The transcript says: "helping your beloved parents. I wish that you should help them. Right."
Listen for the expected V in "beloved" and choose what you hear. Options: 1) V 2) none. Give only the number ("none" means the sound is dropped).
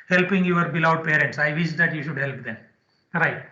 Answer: 2